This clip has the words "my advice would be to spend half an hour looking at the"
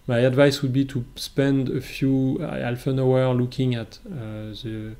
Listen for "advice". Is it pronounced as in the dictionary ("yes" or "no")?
yes